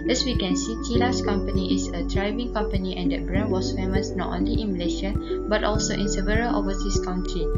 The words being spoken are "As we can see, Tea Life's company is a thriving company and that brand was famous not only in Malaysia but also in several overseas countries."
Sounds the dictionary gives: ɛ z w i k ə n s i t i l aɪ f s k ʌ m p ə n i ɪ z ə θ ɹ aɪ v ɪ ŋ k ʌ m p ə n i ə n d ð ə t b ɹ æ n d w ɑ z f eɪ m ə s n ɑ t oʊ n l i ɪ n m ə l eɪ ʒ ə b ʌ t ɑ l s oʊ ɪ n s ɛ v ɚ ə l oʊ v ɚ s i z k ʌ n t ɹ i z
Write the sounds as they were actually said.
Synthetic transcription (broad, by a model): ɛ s w i k ə n s i t i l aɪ s k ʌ m p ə n i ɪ s ə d ɹ aɪ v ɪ ŋ k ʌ m p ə n i ə n d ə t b ɹ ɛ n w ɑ s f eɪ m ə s n ɑ t oʊ n l i ɪ n m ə l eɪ ʃ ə b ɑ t ɑ l s oʊ ɪ n s ɛ v ɚ ə l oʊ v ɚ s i s k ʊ n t ɹ i